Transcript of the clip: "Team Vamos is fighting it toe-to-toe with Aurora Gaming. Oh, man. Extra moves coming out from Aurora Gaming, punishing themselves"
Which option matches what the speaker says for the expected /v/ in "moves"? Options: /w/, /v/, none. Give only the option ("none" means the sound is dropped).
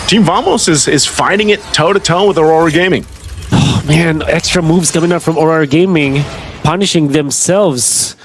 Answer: /v/